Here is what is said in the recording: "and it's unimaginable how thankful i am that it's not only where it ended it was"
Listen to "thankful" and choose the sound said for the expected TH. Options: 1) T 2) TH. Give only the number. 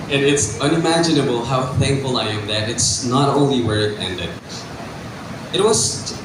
2